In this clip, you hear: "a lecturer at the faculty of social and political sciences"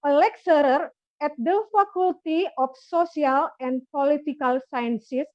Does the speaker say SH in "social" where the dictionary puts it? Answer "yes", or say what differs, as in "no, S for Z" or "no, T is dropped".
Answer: no, S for SH